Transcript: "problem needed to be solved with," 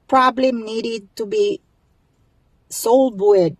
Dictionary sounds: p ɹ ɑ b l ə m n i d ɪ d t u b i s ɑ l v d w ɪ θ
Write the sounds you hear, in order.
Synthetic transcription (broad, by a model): p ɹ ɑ b l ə m n i d ɪ d t u b i s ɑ l d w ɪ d